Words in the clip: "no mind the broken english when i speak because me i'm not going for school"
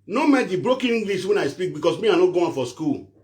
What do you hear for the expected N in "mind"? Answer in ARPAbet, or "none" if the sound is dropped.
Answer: none